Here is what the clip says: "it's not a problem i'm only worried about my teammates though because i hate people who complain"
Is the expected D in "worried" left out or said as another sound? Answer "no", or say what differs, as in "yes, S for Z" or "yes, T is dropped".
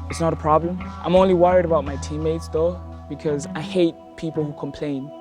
no